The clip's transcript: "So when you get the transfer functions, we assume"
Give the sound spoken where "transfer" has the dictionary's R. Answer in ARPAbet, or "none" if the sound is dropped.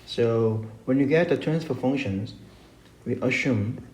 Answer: none